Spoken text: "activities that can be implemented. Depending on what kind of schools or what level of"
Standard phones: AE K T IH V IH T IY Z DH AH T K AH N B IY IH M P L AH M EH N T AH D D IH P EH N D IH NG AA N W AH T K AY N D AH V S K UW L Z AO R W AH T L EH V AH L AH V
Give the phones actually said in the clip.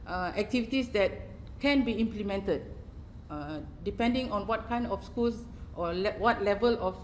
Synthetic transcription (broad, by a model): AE K T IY V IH T IY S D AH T K AH N B IY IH M P L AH M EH N T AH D D IH P EH N D IH NG AA N W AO T K AY N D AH F S K UW L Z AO L W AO T L EH V AH L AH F